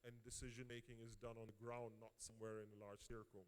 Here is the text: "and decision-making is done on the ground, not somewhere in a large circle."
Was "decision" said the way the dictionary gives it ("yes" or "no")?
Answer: yes